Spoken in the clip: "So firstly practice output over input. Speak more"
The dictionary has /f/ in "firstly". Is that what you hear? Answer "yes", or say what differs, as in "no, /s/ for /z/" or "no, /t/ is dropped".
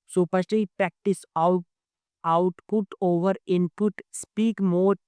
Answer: no, /p/ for /f/